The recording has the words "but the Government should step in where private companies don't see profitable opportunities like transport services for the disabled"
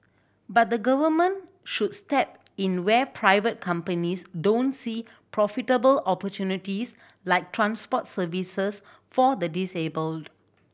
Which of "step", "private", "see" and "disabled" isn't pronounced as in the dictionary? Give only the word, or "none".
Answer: none